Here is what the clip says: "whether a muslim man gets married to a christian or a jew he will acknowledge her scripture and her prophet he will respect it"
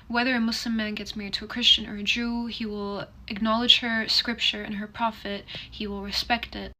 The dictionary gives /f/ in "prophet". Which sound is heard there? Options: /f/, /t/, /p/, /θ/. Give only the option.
/f/